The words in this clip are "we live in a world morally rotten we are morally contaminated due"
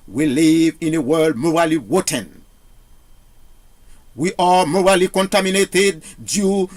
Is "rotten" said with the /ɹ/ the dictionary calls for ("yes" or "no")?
no